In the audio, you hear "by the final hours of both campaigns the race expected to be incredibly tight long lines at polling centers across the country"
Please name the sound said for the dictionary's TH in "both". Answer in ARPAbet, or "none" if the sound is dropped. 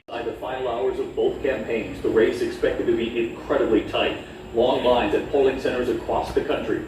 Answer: TH